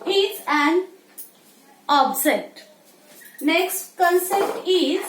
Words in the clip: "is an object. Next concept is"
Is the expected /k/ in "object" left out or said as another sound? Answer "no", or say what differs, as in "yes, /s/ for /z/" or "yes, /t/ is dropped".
yes, /k/ is dropped